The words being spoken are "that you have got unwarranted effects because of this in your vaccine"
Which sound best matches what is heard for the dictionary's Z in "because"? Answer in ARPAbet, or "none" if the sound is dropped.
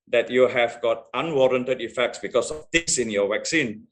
S